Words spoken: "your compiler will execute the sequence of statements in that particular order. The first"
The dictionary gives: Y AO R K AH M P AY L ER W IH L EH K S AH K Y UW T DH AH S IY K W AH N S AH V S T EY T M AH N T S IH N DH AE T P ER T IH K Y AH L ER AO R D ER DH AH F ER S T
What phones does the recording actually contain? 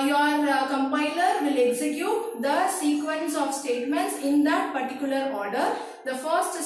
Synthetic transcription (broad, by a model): Y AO R K AH M P AY L ER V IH L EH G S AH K Y UW T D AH S IY K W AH N S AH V S T EY T M AH N T S IH N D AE T P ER T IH K Y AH L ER AO R D ER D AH F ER S T